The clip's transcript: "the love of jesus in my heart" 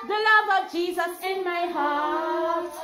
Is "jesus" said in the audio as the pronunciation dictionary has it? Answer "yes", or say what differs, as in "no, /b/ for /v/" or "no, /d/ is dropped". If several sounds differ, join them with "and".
yes